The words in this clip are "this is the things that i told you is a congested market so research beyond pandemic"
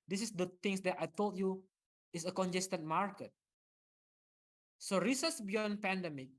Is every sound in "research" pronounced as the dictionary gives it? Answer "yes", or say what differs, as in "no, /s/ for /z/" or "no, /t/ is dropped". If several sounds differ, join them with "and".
no, /s/ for /tʃ/